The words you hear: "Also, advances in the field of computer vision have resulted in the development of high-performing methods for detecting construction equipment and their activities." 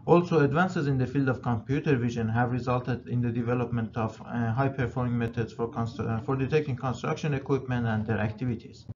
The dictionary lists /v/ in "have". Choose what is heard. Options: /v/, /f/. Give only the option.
/v/